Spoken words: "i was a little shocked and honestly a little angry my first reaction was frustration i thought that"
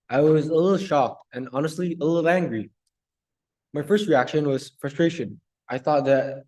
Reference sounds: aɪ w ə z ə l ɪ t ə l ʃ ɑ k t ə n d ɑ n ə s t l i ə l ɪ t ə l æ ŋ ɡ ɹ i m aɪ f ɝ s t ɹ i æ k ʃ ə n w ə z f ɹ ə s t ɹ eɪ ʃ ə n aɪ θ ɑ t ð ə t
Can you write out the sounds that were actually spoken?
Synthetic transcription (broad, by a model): aɪ w ə z ə l ɪ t l ʃ ɑ k t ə n ɑ n ə s t l i ə l ɪ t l æ ŋ ɡ ɹ i m aɪ f ɝ s t ɹ i æ k ʃ ə n w ə z f ɹ ə s t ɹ eɪ ʃ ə n aɪ θ ɑ t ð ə t